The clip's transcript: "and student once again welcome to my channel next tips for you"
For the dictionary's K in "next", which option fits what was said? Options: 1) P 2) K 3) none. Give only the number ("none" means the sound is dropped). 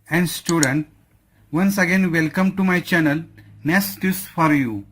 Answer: 3